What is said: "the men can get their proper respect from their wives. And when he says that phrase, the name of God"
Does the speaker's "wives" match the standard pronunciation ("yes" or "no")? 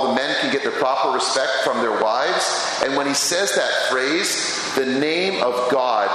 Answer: yes